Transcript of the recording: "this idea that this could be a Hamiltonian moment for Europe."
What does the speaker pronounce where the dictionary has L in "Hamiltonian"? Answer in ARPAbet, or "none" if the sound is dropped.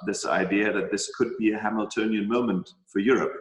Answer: L